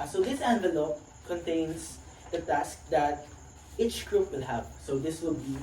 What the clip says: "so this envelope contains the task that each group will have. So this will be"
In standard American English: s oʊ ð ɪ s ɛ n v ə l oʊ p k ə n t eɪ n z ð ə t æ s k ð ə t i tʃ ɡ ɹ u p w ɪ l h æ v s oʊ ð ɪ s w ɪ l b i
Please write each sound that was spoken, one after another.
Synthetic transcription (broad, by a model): s oʊ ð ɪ s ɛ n v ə l oʊ p k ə n t eɪ n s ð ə t æ s k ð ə t i tʃ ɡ ɹ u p w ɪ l h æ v s oʊ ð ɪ s w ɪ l b i